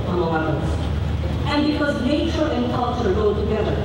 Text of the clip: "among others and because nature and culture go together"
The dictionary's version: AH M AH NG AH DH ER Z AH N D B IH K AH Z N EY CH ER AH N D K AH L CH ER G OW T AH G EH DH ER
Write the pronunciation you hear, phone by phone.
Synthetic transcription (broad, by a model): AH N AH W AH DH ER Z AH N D B IH K AH Z N EY CH ER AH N K AH L CH ER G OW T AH G EH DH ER